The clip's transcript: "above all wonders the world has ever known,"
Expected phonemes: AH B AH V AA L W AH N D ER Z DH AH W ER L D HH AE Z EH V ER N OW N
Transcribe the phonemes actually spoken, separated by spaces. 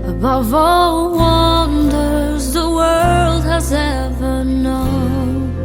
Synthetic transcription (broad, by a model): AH B AH V AA L W AH N D ER Z DH AH W ER L D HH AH Z EH V ER N OW N